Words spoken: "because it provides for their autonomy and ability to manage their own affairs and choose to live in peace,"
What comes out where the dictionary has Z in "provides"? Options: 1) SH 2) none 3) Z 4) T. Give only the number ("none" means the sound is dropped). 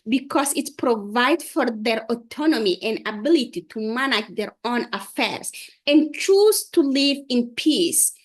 2